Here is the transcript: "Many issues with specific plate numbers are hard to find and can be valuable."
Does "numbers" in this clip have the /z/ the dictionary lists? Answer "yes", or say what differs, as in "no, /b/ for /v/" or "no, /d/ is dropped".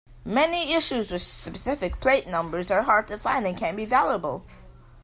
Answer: yes